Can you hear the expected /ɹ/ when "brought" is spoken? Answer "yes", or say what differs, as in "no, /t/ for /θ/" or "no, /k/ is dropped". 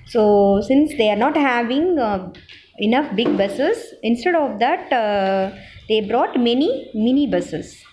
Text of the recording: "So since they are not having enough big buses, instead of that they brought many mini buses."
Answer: yes